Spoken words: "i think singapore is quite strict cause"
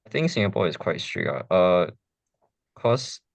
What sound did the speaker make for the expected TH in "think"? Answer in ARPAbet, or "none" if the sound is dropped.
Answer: TH